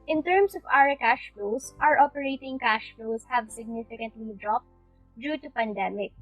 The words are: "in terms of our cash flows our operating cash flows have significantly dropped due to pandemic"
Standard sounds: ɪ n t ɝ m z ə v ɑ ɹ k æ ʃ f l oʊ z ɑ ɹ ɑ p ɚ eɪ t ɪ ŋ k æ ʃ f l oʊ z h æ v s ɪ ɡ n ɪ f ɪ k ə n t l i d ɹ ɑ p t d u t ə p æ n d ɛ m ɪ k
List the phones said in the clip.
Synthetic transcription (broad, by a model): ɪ n t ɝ m s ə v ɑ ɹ k æ ʃ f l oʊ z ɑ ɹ ɑ p ɚ eɪ t ɪ ŋ k æ ʃ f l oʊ s h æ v s ɪ ɡ n ɪ f ɪ k ə n t l i d ɹ ɑ p t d u t ə p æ n d ɛ m ɪ k